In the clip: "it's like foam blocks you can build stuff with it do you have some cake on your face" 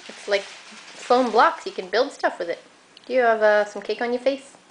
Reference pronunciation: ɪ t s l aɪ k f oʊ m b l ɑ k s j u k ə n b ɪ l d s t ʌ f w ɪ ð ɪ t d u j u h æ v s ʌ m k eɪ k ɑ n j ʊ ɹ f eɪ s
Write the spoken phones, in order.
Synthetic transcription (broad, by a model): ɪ t s l aɪ k f oʊ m b l ɑ k s j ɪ k ə n b ɪ l d s t ʌ f w ɪ ð ɪ t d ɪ j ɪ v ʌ s ʌ m k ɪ k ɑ n j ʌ ɹ f eɪ s